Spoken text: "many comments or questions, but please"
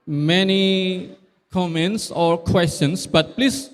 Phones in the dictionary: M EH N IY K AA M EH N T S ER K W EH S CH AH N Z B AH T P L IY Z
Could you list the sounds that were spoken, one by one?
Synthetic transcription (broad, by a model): M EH N IY K AA M EH N T S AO K W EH S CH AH N S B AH T P L IY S